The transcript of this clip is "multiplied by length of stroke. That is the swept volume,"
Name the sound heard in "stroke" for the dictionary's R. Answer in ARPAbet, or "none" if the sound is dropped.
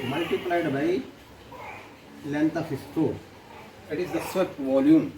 none